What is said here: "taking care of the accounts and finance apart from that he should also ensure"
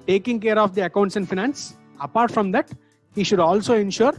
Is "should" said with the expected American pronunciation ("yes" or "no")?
yes